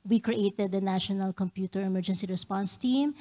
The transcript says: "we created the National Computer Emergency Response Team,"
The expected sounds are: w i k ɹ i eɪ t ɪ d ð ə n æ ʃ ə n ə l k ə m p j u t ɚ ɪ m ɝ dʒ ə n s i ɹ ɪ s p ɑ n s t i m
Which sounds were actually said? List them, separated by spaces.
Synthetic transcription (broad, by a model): w i k ɹ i eɪ t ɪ d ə n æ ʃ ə n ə l k ə m p j u t ɚ ɪ m ɝ dʒ ə n s i ɹ ɪ s p ɑ n s t i m